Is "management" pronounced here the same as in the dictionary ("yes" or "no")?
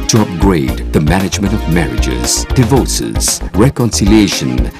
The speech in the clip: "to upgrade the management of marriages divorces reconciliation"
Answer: yes